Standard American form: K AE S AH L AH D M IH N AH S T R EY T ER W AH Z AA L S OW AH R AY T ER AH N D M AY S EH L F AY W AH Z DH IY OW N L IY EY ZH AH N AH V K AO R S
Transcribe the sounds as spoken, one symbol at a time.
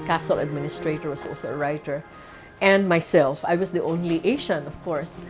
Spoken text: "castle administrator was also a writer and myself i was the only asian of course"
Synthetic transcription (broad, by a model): K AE S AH L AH D M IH N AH S T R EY T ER W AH S AA L S OW AH R AY T ER AH N D M AY S EH L F AY W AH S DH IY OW N L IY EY SH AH N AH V K AO R S